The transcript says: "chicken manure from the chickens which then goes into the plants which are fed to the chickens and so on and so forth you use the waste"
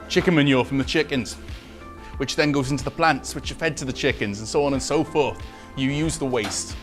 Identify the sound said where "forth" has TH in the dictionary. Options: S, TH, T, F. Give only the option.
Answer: TH